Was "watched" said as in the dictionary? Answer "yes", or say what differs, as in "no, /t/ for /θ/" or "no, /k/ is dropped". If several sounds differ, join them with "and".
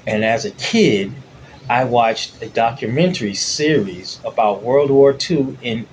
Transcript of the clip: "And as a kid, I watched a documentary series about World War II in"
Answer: yes